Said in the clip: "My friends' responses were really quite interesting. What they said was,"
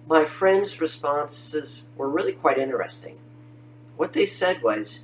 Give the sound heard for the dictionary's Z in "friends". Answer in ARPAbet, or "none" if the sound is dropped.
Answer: Z